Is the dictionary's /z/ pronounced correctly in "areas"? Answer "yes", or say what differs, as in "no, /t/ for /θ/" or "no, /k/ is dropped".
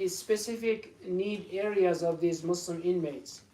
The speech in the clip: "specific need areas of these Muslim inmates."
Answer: yes